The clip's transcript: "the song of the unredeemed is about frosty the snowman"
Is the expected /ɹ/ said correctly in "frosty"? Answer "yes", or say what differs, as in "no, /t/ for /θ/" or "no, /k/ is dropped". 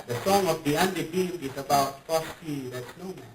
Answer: no, /ɹ/ is dropped